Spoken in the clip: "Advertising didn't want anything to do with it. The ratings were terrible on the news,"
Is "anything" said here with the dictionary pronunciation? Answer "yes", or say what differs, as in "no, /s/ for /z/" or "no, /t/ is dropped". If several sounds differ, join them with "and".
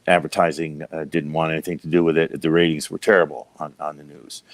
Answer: yes